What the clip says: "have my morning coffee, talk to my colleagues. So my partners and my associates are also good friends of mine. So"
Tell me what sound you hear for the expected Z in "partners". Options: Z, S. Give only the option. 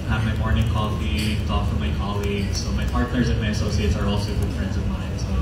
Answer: Z